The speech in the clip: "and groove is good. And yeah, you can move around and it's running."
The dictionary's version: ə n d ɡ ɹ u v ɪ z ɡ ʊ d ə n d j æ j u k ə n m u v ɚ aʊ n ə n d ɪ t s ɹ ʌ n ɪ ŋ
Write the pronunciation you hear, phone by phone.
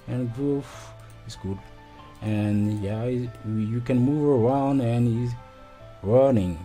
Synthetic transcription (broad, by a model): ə n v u f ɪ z ɡ ʊ d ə n j æ j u k ə n m u v ɚ aʊ n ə n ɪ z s ɹ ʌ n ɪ ŋ